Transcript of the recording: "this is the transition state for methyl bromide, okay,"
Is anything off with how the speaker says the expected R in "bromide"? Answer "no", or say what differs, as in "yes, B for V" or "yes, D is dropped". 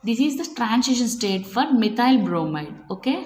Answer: no